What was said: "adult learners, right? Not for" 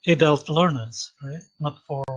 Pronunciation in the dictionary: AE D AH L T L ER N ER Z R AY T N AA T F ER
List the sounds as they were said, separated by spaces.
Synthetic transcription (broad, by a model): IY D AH L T L ER N ER Z R AY T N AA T F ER